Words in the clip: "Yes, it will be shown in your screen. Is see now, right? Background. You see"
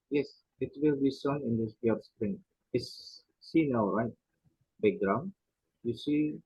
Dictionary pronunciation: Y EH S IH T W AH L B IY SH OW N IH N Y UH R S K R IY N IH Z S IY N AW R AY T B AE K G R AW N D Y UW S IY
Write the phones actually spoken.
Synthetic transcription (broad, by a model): Y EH S IH T W AH L B IY S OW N IH N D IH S S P R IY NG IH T S IY N AW R AY T B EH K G R AW N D Y UW S IY